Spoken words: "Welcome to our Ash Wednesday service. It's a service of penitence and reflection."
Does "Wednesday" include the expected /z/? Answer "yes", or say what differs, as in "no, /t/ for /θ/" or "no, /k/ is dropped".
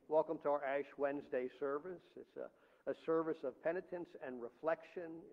yes